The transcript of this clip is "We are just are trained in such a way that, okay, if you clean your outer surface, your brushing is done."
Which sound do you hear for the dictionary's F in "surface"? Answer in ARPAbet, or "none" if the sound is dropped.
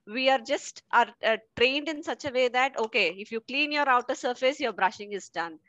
F